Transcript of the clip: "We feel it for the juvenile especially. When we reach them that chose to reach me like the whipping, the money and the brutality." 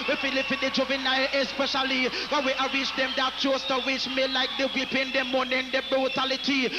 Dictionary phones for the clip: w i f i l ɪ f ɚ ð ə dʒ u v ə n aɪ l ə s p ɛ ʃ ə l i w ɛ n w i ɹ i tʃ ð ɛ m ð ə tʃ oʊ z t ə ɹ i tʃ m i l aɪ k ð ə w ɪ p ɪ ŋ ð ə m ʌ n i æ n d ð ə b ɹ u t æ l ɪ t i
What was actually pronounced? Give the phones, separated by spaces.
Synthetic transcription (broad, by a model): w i f i l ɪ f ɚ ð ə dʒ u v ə n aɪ ə s p ɛ ʃ ə l i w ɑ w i ɹ i tʃ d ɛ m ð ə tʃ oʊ s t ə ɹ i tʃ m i l aɪ k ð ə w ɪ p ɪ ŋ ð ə m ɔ n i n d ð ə b ɹ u t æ l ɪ t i